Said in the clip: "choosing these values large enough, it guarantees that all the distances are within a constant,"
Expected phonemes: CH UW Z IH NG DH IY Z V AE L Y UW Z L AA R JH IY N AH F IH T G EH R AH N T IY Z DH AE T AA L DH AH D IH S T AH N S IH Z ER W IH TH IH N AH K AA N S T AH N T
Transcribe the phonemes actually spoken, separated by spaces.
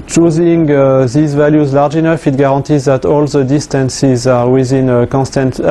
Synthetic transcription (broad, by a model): CH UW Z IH NG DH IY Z V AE L Y UW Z L AA R JH IY N AH F IH T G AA R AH N T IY Z DH AE T AA L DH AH D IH S T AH N S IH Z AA W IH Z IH N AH K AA N S T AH N T